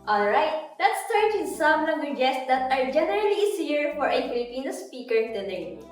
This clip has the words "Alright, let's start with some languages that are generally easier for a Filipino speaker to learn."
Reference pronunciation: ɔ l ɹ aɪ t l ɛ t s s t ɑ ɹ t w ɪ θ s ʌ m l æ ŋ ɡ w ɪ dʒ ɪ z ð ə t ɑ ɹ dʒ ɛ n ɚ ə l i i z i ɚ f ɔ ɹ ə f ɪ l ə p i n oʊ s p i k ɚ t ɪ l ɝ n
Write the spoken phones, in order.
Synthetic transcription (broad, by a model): ɔ l ɹ aɪ t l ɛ t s s t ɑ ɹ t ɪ s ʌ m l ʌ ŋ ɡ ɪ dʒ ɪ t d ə t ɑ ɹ dʒ ɛ n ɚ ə l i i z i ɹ f ɔ ɹ ə f ɪ l ə p i n oʊ s p i k ɚ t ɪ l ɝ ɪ